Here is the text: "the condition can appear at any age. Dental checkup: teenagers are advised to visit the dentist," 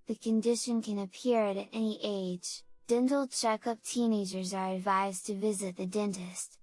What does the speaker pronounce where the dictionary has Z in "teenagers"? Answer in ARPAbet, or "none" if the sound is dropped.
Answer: Z